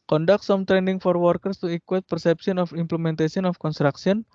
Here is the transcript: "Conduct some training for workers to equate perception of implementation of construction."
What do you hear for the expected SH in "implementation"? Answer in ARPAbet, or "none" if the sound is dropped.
S